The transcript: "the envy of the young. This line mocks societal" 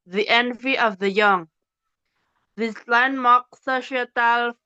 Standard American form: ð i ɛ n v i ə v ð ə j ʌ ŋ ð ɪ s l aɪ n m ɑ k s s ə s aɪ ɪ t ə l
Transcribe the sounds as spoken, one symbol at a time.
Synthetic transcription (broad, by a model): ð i ɛ n v i ə v ð ə j ʌ ŋ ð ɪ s l aɪ n m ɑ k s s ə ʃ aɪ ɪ t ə l